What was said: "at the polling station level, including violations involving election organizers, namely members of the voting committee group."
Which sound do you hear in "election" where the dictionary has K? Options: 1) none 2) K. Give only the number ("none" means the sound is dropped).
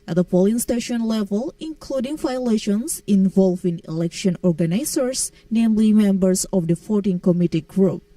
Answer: 2